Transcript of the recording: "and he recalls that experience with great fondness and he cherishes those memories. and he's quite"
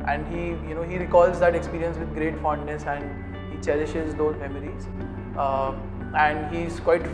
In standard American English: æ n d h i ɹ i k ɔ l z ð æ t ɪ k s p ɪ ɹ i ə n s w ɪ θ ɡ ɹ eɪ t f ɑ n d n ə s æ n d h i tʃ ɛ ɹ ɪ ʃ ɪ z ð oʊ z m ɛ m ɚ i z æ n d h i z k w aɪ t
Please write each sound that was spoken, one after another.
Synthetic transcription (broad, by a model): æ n d h i ɹ i k ɔ l z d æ t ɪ k s p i ɹ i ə n s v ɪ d ɡ ɹ eɪ t f ɑ n d n ə s æ n d h i tʃ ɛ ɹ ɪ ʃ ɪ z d oʊ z m ɛ m ɚ i z æ n d h i z k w aɪ t